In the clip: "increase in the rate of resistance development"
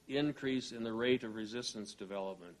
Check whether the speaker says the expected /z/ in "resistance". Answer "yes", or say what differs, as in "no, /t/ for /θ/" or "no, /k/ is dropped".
yes